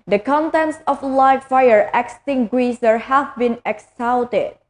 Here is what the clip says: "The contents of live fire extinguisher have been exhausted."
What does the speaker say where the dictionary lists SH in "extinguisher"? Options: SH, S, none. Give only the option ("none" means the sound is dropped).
S